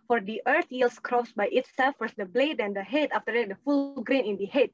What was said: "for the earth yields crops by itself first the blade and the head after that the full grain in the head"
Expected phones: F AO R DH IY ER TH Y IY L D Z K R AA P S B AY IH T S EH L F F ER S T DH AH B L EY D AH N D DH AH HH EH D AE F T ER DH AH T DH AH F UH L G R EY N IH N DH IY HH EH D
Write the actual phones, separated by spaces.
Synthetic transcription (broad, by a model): F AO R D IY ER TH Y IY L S K R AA S B AY IH T S EH L F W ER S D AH B L EY D AH N D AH HH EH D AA F T ER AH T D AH F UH L G R EY N IH N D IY HH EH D